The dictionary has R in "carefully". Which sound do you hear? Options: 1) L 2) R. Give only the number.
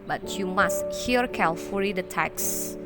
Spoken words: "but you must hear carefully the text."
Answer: 1